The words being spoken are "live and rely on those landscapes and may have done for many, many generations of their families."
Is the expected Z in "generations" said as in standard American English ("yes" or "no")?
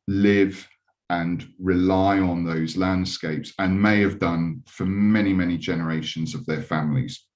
yes